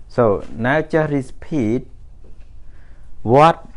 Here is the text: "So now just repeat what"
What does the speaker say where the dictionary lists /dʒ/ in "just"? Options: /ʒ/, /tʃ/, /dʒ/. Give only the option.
/tʃ/